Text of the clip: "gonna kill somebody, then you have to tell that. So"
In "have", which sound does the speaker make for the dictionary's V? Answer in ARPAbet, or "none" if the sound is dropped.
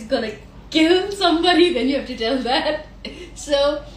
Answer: F